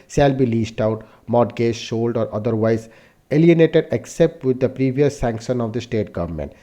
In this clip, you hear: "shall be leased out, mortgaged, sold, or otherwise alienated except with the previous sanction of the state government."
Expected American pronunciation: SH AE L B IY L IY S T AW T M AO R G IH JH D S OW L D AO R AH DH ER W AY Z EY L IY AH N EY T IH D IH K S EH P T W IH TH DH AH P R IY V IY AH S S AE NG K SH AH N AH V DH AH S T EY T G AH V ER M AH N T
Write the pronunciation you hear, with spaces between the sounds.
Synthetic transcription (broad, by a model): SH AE L B IY L IY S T AW T M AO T G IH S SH OW L D AO R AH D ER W AY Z EY L IY AH N EY T IH D IH K S EH P T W IH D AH P R IY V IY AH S S AE NG K SH AH N AH V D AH S T EY T G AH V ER M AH N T